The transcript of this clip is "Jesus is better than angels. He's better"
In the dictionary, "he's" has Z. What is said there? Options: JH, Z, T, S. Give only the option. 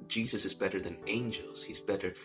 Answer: Z